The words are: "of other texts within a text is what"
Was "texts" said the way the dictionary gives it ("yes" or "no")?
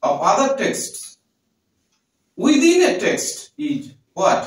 yes